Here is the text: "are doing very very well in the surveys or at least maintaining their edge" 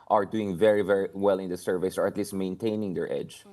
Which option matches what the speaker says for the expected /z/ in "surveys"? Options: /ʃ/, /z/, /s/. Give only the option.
/s/